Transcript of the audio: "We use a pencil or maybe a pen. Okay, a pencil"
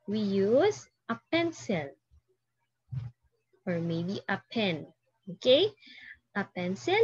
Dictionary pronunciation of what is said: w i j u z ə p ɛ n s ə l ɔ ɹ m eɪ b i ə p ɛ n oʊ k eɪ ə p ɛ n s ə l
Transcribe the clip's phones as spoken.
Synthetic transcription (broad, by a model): w i j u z ə p ɛ n s ə l ɔ ɹ m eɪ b i ə p ɛ n oʊ k eɪ ə p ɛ n s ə l